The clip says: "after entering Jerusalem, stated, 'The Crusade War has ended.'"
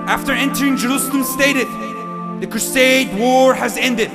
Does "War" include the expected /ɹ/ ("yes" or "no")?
yes